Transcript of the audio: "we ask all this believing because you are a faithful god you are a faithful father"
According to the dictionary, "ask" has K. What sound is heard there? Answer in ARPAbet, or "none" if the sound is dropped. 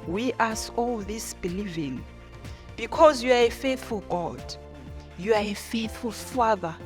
none